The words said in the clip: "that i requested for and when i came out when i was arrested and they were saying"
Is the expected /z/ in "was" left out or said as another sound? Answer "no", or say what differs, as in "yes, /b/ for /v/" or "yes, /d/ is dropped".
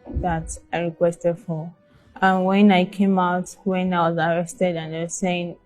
no